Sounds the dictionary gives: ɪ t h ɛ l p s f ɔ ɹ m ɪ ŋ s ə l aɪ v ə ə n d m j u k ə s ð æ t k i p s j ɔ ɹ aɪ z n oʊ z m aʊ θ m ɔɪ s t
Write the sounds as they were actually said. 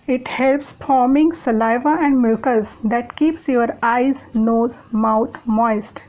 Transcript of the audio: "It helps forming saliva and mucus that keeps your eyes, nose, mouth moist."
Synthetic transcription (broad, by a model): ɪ t h ɛ l p s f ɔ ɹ m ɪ ŋ s ə l aɪ v ə ə n d m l k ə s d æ t k i p s j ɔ ɹ aɪ z n oʊ z m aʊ t m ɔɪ s t